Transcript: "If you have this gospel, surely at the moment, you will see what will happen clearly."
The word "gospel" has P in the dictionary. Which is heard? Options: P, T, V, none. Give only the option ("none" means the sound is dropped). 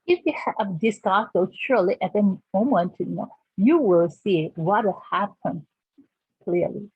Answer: none